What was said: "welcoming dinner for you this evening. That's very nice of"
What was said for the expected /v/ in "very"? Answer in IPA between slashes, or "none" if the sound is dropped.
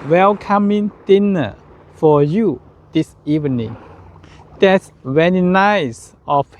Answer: /w/